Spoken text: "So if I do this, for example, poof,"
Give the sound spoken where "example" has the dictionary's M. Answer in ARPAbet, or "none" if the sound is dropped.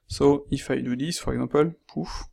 none